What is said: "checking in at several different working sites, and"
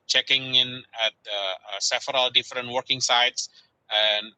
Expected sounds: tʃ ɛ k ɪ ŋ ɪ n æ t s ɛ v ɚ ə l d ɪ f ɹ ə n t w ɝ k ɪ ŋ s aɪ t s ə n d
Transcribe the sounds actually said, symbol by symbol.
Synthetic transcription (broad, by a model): tʃ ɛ k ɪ ŋ ɪ n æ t s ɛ f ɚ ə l d ɪ f ɹ ə n t w ɝ k ɪ ŋ s aɪ t s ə n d